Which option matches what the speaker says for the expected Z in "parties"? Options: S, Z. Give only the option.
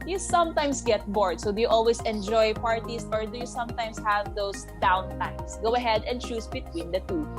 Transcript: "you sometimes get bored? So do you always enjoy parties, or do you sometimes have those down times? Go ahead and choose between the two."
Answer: S